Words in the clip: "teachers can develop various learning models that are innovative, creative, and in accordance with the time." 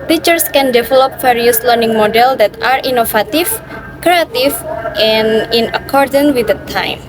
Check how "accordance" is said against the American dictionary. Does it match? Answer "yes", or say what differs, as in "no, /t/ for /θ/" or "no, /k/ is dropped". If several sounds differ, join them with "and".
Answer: no, /s/ is dropped